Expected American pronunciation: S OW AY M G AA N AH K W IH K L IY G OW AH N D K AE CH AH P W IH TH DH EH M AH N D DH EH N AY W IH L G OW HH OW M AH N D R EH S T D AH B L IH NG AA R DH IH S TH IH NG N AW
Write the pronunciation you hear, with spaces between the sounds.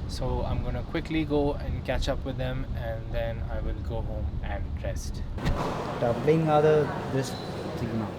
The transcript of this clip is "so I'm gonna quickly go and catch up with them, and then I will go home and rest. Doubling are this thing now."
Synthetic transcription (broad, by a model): S OW AY M G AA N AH K W IH K L IY G OW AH N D K AE CH AH P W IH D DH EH M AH N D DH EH N AY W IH L G OW HH OW M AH N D R EH S T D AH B L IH NG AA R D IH S S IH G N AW